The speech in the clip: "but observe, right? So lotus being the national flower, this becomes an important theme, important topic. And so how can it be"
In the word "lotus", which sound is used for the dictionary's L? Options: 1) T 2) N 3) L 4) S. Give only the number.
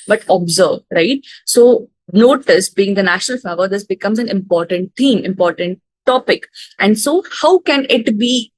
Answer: 2